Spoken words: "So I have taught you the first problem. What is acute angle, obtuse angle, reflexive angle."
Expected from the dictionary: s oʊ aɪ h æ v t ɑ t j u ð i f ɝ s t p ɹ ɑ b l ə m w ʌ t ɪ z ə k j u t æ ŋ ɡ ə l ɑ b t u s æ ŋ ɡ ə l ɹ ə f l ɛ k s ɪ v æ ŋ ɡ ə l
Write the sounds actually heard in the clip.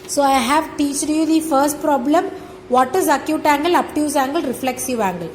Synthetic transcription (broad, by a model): s oʊ aɪ h æ v t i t j u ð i f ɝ s t p ɹ ɑ b l ə m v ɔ t ɪ z ə k j u t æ ŋ ɡ ə l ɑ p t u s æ ŋ ɡ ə l ɹ ə f l ɛ k s ɪ v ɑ ŋ ɡ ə l